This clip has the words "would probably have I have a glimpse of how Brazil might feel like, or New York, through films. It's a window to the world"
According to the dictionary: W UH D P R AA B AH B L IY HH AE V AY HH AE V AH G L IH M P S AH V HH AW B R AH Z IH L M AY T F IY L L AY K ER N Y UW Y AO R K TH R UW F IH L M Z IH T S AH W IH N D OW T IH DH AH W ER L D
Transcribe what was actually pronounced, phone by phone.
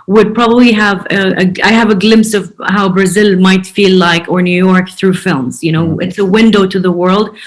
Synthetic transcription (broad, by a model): W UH D P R AA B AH B L IY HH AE V AY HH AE V AH G L IH M P S AH V HH AW B R AH Z IH L M AY T F IY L L AY K ER N Y UW Y AO R K TH R UW F IH L M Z IH T S AH W IH N D OW T IH DH AH W ER L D